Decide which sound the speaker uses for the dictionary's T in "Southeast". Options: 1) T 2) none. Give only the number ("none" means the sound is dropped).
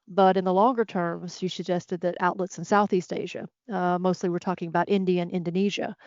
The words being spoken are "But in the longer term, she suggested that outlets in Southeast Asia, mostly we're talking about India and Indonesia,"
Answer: 1